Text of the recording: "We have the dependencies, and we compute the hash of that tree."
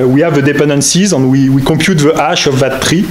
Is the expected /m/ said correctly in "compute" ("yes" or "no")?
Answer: no